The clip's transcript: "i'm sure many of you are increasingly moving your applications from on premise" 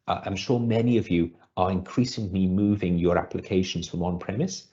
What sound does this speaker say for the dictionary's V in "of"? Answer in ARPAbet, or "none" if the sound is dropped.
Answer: V